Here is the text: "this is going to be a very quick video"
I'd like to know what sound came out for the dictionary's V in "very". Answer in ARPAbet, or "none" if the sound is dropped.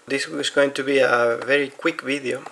V